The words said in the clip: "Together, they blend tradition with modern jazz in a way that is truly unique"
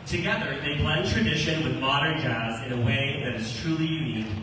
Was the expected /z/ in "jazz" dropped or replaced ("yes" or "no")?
no